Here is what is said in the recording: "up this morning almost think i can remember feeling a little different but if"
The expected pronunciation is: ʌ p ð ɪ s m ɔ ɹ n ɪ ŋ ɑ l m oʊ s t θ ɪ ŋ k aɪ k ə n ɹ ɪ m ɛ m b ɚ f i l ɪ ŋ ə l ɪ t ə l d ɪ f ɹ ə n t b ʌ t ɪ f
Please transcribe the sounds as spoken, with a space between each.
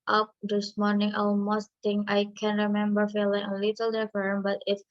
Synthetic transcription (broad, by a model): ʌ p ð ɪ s m ɔ ɹ n ɪ ŋ ɑ l m oʊ s t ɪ ŋ aɪ k ə n ɹ ɪ m ɛ m b ɚ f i l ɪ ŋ ə l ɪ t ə l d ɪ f ə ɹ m b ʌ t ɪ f